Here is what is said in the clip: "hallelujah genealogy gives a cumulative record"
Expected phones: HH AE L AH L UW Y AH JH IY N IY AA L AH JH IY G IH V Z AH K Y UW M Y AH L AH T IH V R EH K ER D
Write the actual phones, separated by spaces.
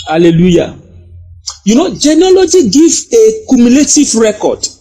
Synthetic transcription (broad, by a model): HH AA L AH L UW Y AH JH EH N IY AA L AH JH IY G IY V AH K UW M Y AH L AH T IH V R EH K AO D